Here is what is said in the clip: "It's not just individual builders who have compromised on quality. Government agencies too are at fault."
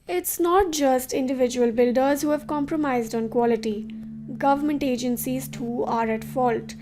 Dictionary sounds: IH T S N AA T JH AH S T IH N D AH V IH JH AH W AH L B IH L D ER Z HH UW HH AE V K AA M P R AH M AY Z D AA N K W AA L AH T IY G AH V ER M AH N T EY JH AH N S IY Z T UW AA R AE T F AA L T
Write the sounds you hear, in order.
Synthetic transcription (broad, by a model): IH T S N AA T JH AH S T IH N D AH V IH JH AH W AH L B IH L D ER Z HH UW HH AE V K AA M P R AH M AY Z D AA N K W AA L AH T IY G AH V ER M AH N T EY JH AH N S IY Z T UW AA R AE T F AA L T